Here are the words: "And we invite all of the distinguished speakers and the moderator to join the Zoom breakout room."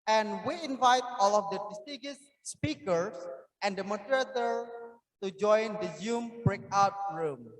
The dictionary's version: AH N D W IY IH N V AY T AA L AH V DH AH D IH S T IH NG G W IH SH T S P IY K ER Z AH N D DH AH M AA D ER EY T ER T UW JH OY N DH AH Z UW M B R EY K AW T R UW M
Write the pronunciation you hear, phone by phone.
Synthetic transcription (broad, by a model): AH N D W IY IH N V AY T AA L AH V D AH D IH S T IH G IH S P IY K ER S AH N D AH M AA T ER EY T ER T UW JH OY N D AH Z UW M B R EY K AW T R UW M